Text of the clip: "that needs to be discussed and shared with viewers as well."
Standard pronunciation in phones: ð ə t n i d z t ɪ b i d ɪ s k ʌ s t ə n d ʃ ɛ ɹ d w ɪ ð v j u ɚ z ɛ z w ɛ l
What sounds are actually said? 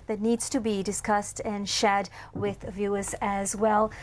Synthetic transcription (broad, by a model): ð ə t n i d z t ɪ b i d ɪ s k ʌ s t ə n ʃ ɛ d w ɪ ð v j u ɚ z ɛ z w ɛ l